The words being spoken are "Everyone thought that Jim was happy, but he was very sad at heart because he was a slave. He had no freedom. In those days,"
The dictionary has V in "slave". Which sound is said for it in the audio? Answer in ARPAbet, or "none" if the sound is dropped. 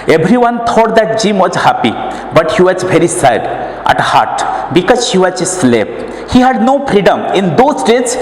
P